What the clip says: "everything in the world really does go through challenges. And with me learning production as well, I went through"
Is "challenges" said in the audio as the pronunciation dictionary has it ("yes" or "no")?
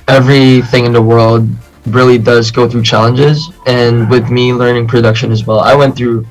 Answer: yes